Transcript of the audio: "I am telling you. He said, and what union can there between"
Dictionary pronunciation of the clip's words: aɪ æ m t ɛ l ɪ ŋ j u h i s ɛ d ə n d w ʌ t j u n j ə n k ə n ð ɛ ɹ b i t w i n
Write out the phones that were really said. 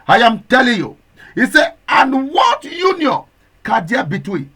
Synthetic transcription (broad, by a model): aɪ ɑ m t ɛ l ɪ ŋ j u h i s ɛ ə n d w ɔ t j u n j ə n k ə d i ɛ b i t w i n